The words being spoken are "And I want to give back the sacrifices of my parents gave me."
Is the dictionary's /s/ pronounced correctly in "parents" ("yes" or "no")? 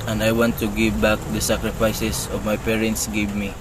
yes